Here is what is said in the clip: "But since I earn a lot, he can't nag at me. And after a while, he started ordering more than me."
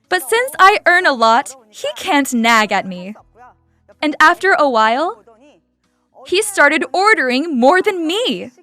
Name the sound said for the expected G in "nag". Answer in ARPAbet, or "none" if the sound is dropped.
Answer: G